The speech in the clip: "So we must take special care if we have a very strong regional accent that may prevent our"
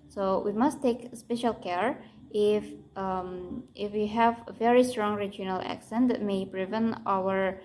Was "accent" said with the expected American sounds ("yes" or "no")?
yes